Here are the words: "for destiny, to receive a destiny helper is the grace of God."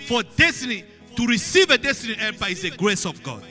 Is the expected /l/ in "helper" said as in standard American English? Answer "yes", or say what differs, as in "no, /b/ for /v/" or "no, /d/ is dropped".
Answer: no, /l/ is dropped